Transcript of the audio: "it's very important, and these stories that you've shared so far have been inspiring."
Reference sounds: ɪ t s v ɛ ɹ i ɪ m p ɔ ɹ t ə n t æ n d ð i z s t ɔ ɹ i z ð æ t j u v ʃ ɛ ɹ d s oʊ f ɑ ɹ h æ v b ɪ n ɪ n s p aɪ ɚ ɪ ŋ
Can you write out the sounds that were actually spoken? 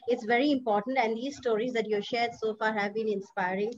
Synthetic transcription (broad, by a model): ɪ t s v ɛ ɹ i ɪ m p ɔ ɹ t ə n t æ n d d i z s t ɔ ɹ i z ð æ t j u ʃ ɛ ɹ d s oʊ f ɑ ɹ h æ v b ɪ n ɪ n s p aɪ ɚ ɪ ŋ